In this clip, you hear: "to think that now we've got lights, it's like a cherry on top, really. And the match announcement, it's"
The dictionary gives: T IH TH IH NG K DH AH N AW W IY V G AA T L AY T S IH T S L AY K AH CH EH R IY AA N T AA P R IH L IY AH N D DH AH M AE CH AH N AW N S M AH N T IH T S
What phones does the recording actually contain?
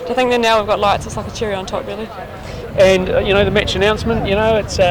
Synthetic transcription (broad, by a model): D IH TH IH NG K DH AH N AW W IY V G AA T L AY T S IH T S L AY K AH CH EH R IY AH N T AA P R IH L IY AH N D DH AH M AE CH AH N AW N S M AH N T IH T S